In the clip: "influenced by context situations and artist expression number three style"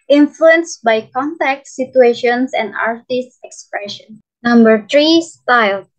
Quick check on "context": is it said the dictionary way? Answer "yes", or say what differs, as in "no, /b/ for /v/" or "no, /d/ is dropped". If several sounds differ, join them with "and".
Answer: no, /s/ is dropped